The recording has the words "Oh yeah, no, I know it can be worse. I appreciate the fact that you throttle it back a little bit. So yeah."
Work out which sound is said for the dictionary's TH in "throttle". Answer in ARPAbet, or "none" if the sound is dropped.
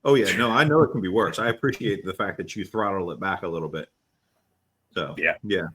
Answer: TH